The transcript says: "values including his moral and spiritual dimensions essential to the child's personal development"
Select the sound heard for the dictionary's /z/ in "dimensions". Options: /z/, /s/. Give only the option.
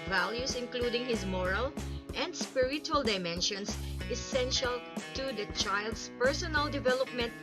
/s/